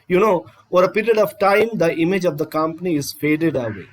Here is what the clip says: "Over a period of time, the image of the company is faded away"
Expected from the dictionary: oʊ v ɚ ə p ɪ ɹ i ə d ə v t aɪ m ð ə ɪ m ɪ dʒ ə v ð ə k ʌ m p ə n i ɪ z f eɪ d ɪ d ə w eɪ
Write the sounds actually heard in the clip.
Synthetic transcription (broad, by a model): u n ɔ ə p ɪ ɹ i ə d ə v t aɪ m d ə ɪ m ɪ dʒ ə v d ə k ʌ m p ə n i ɪ z f eɪ d ɪ d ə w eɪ